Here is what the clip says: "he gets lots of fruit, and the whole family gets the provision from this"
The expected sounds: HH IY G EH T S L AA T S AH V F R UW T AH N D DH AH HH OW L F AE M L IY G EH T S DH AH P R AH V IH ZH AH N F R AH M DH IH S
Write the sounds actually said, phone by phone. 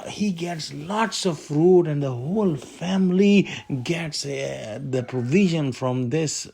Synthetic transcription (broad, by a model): HH IY G EH T S L AA T S AH V F R UW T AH N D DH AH HH OW L F AE M L IY G EH T S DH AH P R AH V IH ZH AH N F R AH M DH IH S